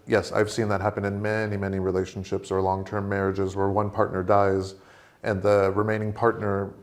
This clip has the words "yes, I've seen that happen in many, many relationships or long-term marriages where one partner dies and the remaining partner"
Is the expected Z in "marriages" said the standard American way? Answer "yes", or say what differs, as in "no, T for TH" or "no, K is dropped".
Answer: yes